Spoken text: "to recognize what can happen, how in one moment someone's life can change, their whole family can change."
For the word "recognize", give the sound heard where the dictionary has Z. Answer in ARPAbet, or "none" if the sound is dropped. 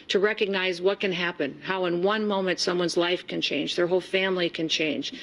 Z